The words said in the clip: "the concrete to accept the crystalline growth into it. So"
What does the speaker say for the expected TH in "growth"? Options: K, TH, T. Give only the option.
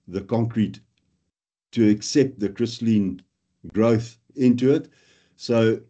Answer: TH